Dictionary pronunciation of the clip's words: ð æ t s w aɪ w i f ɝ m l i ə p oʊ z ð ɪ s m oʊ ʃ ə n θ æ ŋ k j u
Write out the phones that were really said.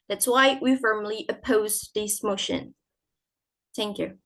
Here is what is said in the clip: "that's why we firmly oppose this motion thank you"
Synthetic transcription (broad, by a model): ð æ t s w aɪ w i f ɝ m l i ə p oʊ z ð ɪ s m oʊ ʃ ə n θ æ ŋ k j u